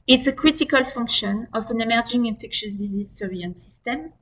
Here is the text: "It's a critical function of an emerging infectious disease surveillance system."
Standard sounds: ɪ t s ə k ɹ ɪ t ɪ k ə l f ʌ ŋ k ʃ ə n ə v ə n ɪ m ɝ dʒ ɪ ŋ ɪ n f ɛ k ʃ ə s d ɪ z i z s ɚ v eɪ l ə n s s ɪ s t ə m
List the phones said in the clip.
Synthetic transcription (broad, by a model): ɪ t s ə k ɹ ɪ t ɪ k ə l f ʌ ŋ k ʃ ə n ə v ə n ɪ m ɝ dʒ ɪ ŋ ɪ n f ɛ k ʃ ə s d ɪ z i z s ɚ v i ə n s s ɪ s t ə m